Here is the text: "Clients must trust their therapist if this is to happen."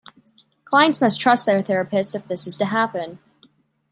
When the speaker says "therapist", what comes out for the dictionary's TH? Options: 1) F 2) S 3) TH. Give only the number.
3